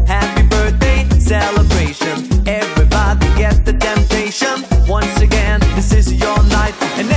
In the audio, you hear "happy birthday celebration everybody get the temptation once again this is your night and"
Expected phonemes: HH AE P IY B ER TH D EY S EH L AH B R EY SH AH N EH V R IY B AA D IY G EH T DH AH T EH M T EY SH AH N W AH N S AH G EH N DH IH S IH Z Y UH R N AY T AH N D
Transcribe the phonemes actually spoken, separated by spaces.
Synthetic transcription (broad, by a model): HH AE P IY B ER TH D EY S EH L AH B R EY SH AH N EH V R IY B AA D IY G EH T DH AH T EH M T EY SH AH N W AH N S AH G EH N DH IH S IH Z Y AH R N AY T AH N